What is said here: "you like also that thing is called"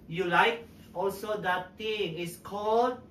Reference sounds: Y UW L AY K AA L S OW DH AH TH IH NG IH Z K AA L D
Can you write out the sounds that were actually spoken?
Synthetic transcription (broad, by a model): Y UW L AY K AA L S OW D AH T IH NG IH S K AA L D